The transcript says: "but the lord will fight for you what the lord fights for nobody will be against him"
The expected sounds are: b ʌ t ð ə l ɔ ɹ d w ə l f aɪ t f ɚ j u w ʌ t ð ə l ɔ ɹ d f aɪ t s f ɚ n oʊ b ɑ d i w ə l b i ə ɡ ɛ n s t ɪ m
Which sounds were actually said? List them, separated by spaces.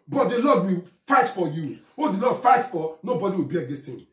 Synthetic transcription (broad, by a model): b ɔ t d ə l ɔ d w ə f aɪ t f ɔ j u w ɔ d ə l ɔ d f aɪ t f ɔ n oʊ b ɑ d i w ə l b i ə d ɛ s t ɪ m